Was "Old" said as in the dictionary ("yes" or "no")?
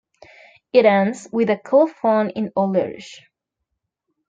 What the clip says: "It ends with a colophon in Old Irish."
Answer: no